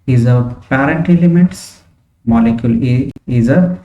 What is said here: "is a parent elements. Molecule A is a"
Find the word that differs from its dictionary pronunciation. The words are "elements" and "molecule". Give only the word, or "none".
elements